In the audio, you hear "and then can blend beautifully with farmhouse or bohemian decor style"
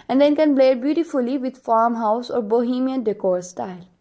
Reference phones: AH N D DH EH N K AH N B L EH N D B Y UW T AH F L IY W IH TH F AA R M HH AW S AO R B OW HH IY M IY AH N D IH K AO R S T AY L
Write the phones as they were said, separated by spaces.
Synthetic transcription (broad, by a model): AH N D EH N K AH N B L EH D B Y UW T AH F L IY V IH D F AA R M HH AW S AO R B OW HH IY M IY AH N D IH K AO R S T AY L